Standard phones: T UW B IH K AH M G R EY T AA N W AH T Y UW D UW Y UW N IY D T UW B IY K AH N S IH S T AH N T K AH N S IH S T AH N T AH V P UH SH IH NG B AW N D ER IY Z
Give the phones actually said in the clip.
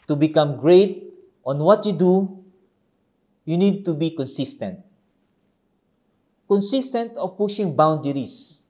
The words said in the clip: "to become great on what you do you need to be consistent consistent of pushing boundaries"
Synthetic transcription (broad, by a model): T UW B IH K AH M G R EY T AA N W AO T Y UW D UW Y UW N IY D T UW B IY K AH N S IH S T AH N T K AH N S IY S T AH N T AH F P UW SH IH NG B AW N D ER IY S